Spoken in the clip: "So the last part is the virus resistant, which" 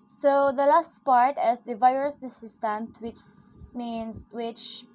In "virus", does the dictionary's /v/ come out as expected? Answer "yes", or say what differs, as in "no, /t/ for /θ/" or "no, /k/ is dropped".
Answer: yes